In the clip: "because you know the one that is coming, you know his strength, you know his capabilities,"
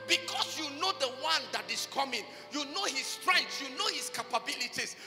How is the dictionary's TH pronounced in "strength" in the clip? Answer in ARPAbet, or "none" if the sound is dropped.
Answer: S